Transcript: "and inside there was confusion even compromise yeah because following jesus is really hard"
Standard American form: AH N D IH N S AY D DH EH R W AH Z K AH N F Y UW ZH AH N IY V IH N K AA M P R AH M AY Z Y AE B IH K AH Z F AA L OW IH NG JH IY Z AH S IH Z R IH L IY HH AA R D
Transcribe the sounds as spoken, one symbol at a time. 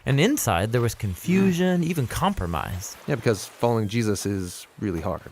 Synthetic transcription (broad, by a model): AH N IH N S AY D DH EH R W AH Z K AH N F Y UW ZH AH N IY V IH N K AA M P R AH M AY Z Y AE B IH K AH Z F AA L OW IH NG JH IY Z AH S IH Z R IH L IY HH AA R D